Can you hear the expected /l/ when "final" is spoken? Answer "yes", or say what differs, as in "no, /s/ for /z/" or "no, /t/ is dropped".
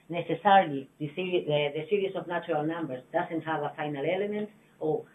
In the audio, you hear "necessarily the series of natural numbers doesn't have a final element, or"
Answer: yes